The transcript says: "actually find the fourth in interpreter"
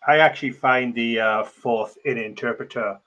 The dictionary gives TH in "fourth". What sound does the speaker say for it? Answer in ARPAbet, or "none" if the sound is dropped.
TH